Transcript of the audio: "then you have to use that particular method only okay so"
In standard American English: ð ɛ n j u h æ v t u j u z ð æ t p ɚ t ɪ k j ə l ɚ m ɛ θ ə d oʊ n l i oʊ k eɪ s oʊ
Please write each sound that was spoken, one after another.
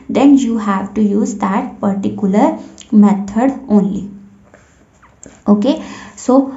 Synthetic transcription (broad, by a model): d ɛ n j u h æ v t u j u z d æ t p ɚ t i k j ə l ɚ m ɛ t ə d oʊ n l i oʊ k eɪ s oʊ